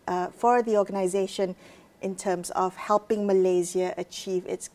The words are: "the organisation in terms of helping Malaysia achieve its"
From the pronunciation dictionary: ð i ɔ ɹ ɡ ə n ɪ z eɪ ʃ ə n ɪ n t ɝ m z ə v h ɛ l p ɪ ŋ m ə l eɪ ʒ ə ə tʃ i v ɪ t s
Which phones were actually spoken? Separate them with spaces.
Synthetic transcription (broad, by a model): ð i ɔ ɡ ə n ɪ z eɪ ʃ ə n ɪ n t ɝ m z ə v h ɛ l p ɪ ŋ m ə l eɪ z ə ə tʃ i v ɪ t s